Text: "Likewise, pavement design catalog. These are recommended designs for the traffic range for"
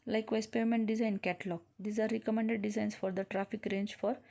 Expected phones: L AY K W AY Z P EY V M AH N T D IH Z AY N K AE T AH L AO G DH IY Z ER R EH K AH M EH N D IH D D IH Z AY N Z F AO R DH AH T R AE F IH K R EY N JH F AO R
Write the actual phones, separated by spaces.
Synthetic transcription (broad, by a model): L AY K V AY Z P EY M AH N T D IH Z AY N K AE T L AO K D IY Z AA R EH K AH M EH N D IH D D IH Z AY N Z F AO R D AH T R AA F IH K R EY N JH F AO R